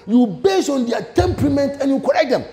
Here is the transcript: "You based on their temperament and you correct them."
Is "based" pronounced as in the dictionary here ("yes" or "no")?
no